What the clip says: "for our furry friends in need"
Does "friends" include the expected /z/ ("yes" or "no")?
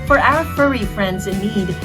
yes